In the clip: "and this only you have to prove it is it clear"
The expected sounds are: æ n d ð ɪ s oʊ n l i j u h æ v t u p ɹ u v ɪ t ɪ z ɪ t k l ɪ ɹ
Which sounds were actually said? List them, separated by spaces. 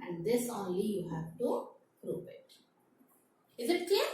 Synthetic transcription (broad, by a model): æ n d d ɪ s oʊ n l i j u h æ v t u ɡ ɹ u p ɪ t ɪ z ɪ t k l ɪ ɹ